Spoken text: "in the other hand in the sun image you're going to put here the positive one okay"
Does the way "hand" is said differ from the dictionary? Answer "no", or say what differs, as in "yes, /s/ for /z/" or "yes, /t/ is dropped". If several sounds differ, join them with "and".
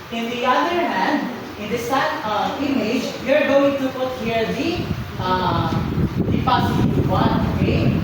no